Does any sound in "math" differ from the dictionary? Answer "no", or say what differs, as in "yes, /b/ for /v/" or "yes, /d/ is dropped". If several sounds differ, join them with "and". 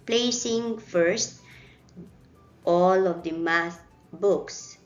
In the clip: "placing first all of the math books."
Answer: yes, /s/ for /θ/